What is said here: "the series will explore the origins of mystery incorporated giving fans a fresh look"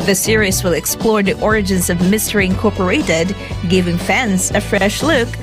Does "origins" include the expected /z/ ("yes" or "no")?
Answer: yes